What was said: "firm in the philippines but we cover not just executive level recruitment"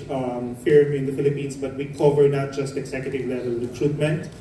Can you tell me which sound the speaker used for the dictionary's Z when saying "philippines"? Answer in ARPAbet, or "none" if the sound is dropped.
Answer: S